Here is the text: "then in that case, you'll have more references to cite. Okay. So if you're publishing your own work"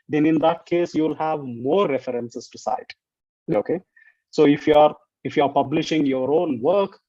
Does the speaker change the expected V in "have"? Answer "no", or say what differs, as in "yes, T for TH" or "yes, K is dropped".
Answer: no